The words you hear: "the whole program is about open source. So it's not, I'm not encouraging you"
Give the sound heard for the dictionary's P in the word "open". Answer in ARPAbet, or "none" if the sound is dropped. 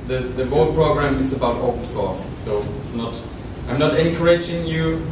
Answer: none